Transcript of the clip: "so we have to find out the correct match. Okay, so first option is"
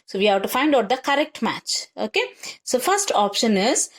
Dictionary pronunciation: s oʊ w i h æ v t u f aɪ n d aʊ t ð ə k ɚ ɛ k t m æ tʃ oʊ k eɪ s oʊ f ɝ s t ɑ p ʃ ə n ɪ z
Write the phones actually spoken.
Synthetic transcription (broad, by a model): s oʊ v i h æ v t u f aɪ n d aʊ t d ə k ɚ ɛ k t m æ tʃ oʊ k eɪ s oʊ f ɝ s t ɑ p ʃ ə n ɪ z